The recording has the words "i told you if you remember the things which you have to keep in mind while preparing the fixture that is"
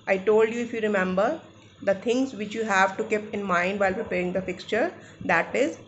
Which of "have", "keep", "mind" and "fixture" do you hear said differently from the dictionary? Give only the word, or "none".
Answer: none